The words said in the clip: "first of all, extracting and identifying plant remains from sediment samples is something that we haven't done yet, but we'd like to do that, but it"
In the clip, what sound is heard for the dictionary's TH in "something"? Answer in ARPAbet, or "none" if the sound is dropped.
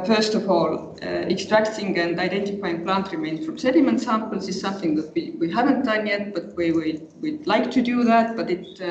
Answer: TH